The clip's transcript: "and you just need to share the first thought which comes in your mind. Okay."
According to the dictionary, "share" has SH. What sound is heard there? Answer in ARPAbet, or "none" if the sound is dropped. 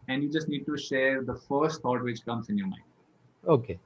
SH